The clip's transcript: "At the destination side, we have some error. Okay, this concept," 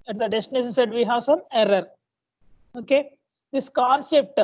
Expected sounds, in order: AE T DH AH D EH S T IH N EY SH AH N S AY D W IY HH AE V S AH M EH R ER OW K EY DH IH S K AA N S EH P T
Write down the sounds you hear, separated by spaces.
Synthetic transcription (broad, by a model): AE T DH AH D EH S T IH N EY S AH S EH D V IY HH AE V S AH M EH R ER OW K EY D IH S K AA N S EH P T